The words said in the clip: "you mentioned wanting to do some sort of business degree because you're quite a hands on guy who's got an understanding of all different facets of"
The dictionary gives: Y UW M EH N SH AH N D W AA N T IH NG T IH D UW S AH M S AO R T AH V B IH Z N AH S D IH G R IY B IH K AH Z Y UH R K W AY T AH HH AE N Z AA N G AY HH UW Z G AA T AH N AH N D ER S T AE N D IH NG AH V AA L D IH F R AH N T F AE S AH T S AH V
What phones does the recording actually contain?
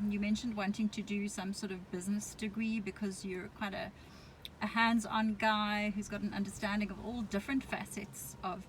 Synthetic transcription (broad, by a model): Y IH M EH N SH AH N D W AA N T IH NG T IH D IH S AH M S AO R T AH V B IH Z N AH S D IH G R IY B IH K AH Z Y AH R K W AY T AH HH AE N Z N G AY HH UW Z G AA T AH N AH N D ER S T AE N D IH NG AH V AA L D IH F R AH N T F AE S AH T S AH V